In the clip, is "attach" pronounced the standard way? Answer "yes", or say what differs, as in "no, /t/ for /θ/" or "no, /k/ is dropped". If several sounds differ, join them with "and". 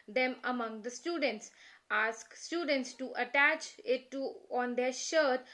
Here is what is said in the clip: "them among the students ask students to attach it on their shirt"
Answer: yes